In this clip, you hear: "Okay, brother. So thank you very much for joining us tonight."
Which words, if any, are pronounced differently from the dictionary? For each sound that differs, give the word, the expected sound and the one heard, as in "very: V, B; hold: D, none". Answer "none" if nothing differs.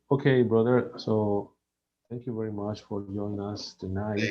thank: TH, T; joining: N, none